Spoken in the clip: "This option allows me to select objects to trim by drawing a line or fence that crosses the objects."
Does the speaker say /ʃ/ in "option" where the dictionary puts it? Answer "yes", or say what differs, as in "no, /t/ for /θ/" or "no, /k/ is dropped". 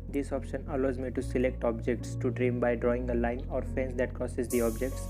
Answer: yes